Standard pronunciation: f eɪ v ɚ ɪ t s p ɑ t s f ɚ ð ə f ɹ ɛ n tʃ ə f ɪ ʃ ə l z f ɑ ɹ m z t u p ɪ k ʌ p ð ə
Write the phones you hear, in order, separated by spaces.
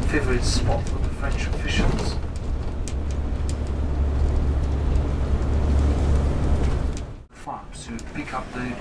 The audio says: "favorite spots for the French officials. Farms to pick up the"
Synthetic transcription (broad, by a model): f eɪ v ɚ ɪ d s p ɑ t f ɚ ð ə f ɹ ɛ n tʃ ə f ɪ ʃ ə l z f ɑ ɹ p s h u p ɪ k ʌ p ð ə